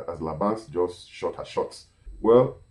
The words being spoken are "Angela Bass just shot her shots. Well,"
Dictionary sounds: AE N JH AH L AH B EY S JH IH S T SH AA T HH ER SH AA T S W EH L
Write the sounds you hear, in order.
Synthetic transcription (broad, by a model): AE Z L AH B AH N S JH IH S T SH AA T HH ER SH AA T S W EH L